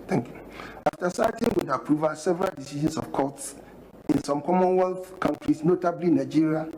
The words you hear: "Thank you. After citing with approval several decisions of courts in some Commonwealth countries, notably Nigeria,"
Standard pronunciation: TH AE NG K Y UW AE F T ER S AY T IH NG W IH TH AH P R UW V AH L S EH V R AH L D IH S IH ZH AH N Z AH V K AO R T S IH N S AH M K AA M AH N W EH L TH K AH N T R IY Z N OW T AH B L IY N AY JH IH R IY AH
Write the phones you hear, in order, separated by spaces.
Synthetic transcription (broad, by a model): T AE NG K Y UW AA F T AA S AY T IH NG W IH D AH P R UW V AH S EH V R AH L D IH S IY SH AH N S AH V K AO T S IH N S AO M K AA M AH N W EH L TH K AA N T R IY S N OW T AH B L IY N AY JH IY R IY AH